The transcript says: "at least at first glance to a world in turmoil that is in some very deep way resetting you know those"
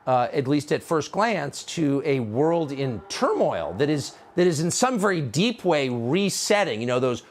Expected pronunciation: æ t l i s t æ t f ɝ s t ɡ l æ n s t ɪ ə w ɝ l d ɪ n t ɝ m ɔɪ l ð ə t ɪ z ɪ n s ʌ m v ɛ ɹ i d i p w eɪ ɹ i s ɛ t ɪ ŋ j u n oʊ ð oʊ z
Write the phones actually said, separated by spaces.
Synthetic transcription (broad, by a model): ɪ t l i s t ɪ t f ɝ s t ɡ l æ n s t ɪ ə w ɝ l d ɪ n t ɝ m ɔɪ l ð ə t ɪ z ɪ n s ʌ m v ɛ ɹ i d i p w eɪ ɹ i s ɛ t ɪ ŋ j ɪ n oʊ ð oʊ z